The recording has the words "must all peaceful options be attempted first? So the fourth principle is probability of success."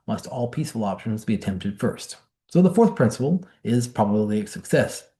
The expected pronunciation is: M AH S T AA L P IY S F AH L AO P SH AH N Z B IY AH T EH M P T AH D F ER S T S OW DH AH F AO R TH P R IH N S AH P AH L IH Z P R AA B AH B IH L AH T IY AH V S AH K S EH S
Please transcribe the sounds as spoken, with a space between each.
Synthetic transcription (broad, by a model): M AH S T AA L P IY S F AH L AO P SH AH N Z B IY AH T EH M P T AH D F ER S T S OW DH AH F AO R TH P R IH N S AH P L IH Z P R AA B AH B L IY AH S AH K S EH S